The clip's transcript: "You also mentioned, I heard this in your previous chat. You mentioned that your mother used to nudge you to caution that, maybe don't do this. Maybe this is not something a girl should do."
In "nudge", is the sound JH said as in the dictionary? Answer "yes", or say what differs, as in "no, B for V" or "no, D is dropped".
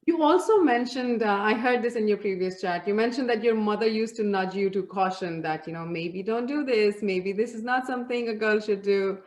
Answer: yes